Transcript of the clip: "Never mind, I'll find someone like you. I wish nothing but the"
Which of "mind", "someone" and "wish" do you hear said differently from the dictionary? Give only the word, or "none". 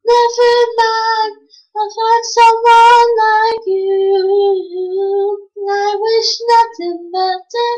mind